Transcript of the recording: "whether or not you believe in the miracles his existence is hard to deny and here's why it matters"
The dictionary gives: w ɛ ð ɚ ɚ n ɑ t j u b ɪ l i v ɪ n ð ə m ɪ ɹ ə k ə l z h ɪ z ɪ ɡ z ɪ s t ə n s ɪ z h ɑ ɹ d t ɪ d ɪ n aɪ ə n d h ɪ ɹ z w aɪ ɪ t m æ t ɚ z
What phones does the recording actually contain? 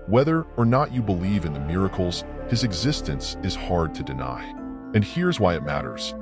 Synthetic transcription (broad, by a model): w ɛ ð ɚ ɚ n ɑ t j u b ɪ l i v ɪ n ð ə m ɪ ɹ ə k l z h ɪ z ɪ ɡ z ɪ s t ə n s ɪ z h ɑ ɹ d t ɪ d ɪ n aɪ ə n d h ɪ ɹ z w aɪ ɪ t m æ t ɚ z